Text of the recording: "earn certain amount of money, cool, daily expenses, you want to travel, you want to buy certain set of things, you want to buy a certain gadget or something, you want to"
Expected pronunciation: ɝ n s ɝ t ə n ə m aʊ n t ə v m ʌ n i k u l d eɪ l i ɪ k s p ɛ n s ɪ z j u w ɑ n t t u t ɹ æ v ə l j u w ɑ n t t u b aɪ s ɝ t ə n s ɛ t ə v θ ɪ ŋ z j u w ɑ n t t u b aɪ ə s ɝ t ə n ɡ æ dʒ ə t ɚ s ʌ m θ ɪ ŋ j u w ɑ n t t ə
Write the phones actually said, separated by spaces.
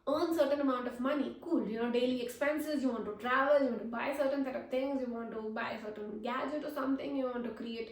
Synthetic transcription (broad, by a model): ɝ n s ɝ t ə n ə m aʊ n t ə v m ʌ n i k u l d eɪ l i ɪ k s p ɛ n s ɪ z j u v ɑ n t t u t ɹ æ v ə l j u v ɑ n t t u b aɪ s ɝ t ə n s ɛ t ə v t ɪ ŋ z j u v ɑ n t t u b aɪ ə s ɝ t ə n ɡ æ dʒ ə t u s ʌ m t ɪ ŋ j u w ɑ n t t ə